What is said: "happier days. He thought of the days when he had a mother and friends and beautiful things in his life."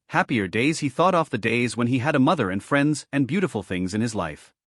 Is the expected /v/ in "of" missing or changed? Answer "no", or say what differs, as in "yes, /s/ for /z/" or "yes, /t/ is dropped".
yes, /f/ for /v/